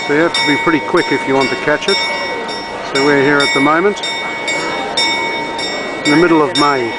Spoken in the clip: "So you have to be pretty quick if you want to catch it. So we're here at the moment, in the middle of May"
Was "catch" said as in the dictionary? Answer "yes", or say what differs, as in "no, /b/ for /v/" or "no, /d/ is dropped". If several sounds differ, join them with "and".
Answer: yes